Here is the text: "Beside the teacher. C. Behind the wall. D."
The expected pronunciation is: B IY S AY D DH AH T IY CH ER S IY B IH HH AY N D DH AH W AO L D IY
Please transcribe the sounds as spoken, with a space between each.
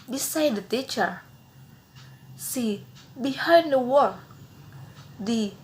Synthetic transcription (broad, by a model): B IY S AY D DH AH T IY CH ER S IY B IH HH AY D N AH W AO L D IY